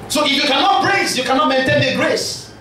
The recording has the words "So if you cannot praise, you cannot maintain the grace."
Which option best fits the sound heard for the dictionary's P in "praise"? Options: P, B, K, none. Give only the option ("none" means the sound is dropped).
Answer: B